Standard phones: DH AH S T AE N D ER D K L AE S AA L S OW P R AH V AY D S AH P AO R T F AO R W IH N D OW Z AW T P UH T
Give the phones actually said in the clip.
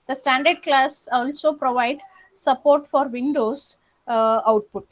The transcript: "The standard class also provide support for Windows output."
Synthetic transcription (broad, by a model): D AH S T AE N D ER D K L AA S AA L S OW P R AH V AY D S AH P AO R T F AO R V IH N D OW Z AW T P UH T